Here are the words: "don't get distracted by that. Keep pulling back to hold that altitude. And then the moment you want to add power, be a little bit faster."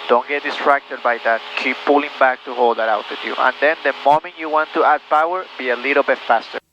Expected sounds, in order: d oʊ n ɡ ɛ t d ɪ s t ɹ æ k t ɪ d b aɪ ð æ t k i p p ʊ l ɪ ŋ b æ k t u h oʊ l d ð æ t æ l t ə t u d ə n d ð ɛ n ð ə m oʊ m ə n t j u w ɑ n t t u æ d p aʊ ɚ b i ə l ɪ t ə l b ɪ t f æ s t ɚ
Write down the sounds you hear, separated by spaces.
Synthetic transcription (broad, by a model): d oʊ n ɡ ɛ t d ɪ s t ɹ æ k t ɪ d b aɪ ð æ t k i p p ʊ l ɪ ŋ b æ k t u h oʊ l d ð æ t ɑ w t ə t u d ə n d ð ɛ n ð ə m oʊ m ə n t j u w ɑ n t t u æ d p aʊ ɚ b i ə l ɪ t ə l b ɪ t f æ s t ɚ